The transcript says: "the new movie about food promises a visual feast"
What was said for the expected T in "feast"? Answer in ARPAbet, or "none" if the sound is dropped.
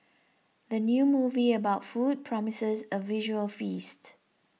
T